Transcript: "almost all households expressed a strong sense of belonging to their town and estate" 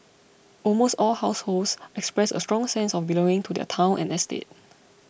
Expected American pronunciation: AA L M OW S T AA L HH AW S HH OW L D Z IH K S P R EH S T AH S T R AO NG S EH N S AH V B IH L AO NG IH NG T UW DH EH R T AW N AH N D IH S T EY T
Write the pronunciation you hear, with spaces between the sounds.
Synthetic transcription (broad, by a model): AA L M OW S T AA L HH AW S HH OW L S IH K S P R EH S AH S T R AO NG S EH N S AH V B IH L AO NG IH NG T UW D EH T AW N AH N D IH S T EY T